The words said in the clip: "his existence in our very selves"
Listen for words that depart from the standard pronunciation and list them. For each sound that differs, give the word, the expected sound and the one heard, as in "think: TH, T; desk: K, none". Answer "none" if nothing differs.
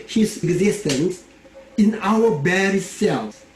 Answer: very: V, B